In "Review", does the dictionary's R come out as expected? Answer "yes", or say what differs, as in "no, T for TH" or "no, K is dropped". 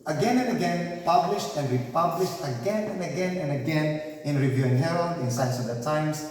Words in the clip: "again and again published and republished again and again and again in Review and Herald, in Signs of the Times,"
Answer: yes